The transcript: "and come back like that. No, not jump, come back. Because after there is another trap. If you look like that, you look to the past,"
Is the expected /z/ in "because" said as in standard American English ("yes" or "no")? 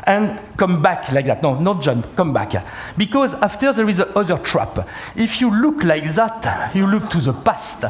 yes